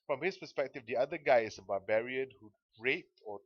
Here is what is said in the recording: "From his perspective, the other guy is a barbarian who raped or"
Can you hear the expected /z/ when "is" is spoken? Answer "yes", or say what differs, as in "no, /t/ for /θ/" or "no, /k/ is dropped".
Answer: no, /s/ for /z/